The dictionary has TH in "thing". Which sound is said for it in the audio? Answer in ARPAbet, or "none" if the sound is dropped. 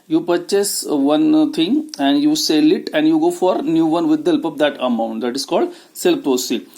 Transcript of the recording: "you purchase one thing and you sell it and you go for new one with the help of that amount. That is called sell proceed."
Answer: T